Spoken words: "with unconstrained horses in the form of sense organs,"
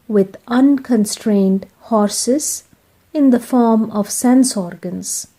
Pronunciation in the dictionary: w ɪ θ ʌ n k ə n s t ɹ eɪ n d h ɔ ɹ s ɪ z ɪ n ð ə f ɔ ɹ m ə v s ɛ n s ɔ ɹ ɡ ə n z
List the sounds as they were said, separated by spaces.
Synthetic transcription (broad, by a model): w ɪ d ʌ n k ə n s t ɹ eɪ n d h ɔ ɹ s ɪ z ɪ n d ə f ɔ ɹ m ə v s ɛ n s ɔ ɹ ɡ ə n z